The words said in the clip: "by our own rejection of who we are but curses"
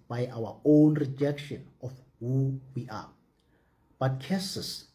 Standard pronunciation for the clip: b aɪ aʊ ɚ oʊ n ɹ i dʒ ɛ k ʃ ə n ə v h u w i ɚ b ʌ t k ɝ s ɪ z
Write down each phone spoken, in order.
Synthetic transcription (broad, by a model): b aɪ aʊ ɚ oʊ n ɹ i dʒ ɛ k ʃ ə n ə f h u w i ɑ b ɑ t k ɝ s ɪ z